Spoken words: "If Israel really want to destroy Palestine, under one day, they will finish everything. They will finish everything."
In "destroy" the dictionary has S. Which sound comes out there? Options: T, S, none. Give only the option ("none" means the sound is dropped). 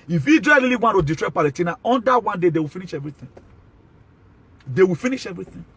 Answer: none